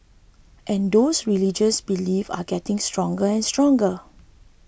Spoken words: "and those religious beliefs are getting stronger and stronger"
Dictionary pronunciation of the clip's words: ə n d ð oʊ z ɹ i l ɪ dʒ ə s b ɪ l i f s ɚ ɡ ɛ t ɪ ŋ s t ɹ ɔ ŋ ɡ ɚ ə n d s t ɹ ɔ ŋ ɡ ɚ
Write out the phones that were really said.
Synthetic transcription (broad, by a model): ə n d oʊ s ɹ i l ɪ dʒ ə s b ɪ l i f ɑ ɡ ɛ t ɪ ŋ s t ɹ ɔ ŋ ɡ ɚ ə n s t ɹ ɔ ŋ ɡ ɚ